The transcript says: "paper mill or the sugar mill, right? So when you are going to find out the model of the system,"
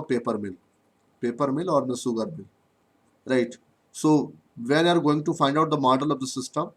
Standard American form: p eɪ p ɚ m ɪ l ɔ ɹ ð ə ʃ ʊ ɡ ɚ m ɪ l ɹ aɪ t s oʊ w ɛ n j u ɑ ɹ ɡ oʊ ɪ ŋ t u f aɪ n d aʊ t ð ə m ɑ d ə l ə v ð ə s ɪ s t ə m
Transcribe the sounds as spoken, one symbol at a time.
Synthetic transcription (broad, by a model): p eɪ p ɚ m ɪ l ɔ ɹ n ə s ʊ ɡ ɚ m ɪ l ɹ aɪ t s oʊ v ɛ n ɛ ɑ ɹ ɡ oʊ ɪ ŋ t u f aɪ n d aʊ t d ə m ɑ d ə l ə v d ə s ɪ s t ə m